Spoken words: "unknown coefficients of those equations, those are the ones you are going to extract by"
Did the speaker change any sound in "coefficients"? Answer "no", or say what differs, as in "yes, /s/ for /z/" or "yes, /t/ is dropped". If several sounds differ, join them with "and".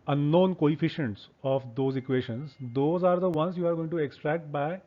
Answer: no